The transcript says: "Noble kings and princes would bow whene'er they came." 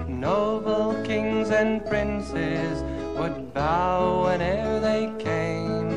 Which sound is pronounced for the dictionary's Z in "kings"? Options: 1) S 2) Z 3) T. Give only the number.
2